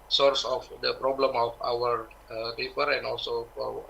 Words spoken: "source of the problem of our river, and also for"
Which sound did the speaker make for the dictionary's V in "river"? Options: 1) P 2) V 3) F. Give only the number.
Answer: 3